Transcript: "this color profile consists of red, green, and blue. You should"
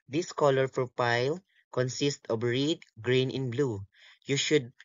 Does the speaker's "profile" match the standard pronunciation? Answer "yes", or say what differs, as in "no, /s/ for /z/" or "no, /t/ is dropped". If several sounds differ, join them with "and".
no, /p/ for /f/